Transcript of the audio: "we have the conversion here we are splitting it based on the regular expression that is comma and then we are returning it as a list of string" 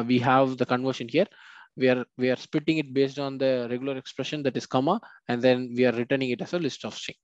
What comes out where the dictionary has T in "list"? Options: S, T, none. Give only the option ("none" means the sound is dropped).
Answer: T